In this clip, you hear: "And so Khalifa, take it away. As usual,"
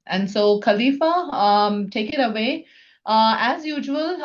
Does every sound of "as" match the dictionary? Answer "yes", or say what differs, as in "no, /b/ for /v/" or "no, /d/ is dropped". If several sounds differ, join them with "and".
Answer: yes